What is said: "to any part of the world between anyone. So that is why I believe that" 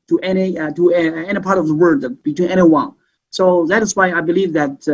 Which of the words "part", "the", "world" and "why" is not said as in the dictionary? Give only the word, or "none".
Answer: world